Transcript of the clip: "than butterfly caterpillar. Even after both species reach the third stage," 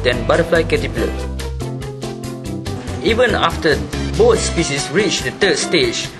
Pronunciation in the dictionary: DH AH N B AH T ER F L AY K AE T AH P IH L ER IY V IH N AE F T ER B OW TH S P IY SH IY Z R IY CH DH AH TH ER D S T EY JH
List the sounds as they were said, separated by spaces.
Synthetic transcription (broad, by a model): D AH N B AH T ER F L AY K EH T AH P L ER IY V IH N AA F T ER B OW T S P IY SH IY S R IY CH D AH T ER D S T EY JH